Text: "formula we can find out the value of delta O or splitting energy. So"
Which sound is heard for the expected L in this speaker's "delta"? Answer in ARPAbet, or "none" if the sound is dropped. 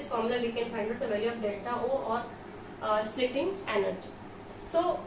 none